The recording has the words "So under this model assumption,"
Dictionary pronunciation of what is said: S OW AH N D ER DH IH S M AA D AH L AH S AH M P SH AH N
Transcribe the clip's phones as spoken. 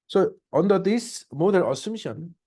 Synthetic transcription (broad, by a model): S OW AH N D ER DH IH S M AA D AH N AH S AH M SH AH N